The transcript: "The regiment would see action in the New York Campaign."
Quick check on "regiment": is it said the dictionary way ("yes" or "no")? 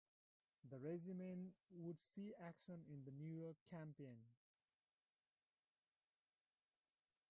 no